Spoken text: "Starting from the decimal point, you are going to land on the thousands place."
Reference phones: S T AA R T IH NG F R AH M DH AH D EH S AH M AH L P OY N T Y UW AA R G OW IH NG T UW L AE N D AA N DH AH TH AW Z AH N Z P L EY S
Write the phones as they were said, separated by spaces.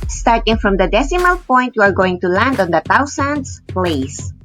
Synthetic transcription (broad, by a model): S T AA R T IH NG F R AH M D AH D EH S AH M AH L P OY N T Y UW AA R G OW IH NG T UW L AE N D AA N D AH T AW S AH N S P L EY S